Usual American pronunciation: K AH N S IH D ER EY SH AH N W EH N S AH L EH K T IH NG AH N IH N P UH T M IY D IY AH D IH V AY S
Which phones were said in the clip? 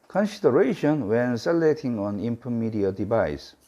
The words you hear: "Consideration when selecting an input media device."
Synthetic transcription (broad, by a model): K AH N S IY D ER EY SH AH N W EH N S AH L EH T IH NG AH N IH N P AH M IY D IY AH D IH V AY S